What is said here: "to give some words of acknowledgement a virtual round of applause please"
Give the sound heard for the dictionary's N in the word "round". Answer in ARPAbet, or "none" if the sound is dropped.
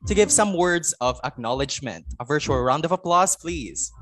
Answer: N